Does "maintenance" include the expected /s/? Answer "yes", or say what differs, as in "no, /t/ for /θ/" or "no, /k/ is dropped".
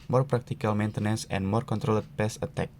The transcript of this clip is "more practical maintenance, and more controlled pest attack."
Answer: yes